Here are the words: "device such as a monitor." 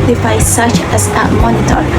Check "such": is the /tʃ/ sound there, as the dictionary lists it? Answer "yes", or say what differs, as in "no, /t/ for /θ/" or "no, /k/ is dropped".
yes